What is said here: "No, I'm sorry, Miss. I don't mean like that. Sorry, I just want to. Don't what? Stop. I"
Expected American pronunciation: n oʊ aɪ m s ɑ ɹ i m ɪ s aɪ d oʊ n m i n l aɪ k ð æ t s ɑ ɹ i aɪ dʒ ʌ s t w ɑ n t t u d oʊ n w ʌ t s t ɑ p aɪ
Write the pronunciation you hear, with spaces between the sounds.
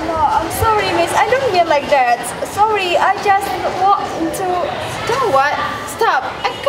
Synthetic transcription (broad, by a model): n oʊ aɪ m s ɑ ɹ i m ɪ s aɪ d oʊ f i l l aɪ k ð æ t s ɑ ɹ i aɪ dʒ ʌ s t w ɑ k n t u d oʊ w ʌ t s t ɑ p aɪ